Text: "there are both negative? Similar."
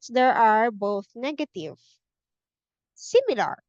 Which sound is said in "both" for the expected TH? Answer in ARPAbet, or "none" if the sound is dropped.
TH